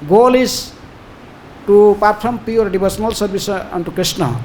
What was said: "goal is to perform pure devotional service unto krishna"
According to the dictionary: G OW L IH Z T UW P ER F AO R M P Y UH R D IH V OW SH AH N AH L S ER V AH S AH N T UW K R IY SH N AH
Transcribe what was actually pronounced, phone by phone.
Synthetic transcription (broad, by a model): G OW L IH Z T UW P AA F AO M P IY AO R D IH B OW S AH N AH L S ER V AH S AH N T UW K R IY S N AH